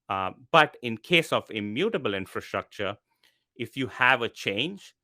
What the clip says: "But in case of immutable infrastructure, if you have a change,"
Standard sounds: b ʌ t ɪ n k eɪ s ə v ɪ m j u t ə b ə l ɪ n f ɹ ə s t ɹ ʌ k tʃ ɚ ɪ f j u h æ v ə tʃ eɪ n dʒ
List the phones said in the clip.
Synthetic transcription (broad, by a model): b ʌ t ɪ n k eɪ s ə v ɪ m j u t ə b ə l ɪ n f ɹ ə s t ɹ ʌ k tʃ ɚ ɪ f j u h æ v ə tʃ eɪ n dʒ